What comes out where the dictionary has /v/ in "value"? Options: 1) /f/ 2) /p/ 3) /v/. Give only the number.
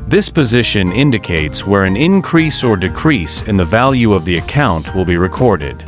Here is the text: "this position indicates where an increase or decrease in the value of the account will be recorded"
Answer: 3